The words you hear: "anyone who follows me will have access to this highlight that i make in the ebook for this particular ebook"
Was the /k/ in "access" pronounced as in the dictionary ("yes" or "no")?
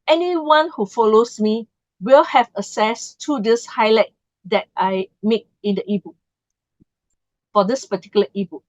no